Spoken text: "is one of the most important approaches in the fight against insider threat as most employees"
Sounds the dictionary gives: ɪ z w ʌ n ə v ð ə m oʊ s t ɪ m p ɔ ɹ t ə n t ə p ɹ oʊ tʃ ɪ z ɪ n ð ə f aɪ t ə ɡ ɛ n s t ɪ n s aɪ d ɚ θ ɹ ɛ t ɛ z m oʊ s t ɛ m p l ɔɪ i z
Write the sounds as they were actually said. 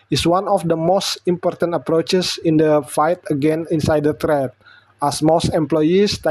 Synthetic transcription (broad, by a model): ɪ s w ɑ n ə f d ə m oʊ s t ɪ m p ɔ ɹ t ə n t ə p ɹ oʊ tʃ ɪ s ɪ n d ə f aɪ t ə ɡ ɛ n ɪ n s aɪ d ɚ t ɹ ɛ t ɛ s m oʊ s t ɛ m p l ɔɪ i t